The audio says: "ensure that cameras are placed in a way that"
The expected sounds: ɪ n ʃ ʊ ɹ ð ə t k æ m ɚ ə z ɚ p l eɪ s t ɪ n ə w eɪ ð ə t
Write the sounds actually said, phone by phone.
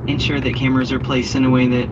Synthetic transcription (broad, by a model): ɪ n ʃ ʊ ɹ ð ə t k æ m ɚ ə z ɚ p l eɪ s t ɪ n ə w eɪ ð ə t